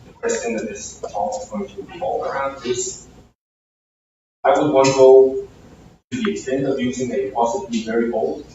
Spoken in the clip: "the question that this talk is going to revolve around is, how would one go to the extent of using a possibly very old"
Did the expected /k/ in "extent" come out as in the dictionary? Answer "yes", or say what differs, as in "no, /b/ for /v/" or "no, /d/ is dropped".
yes